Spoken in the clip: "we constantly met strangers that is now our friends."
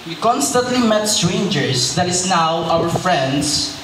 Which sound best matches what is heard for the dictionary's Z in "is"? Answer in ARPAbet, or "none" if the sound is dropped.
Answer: S